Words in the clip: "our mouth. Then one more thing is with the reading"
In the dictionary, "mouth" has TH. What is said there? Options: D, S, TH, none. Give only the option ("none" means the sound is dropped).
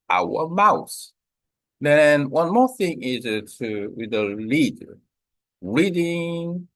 S